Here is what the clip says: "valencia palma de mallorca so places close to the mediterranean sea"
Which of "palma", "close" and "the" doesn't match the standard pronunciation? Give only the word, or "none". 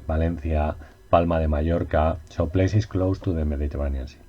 none